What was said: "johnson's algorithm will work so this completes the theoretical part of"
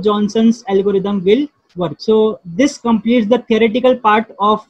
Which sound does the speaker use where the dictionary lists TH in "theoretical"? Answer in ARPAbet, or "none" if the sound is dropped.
T